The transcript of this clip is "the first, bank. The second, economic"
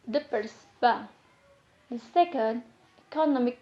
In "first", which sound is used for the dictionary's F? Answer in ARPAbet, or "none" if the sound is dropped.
P